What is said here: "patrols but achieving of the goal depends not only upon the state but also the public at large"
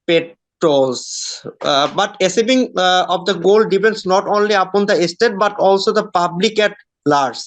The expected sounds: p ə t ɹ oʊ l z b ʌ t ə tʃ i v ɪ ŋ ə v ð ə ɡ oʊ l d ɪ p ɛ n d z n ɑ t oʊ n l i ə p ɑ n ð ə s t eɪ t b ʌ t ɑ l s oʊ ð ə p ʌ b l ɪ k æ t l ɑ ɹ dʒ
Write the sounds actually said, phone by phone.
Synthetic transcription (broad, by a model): p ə t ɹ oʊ l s b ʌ t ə s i b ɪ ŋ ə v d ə ɡ oʊ l d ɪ p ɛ n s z n ɑ t oʊ n l i ə p ɑ n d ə s t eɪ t b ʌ t ɑ l s oʊ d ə p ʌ b l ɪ k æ t l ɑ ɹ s